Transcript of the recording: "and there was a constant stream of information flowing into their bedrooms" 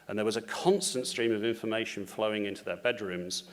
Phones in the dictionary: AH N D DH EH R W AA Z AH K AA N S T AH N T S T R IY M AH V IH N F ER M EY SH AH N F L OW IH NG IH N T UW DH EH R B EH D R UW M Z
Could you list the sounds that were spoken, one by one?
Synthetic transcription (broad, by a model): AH N DH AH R W AA Z AH K AA N S T AH N T S T R IY M AH V IH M F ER M EY SH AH N F L OW IH NG IH N T UW DH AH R B EH D R UW M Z